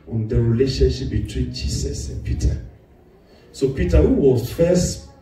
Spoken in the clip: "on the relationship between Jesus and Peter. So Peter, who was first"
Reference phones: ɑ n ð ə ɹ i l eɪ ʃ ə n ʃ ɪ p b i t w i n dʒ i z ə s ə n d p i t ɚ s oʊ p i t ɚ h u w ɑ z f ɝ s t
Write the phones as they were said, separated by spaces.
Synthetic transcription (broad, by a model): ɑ n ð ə ɹ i l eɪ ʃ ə n ʃ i p b i t w i n dʒ i s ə s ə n p i t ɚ s oʊ p i t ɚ h u w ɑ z f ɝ s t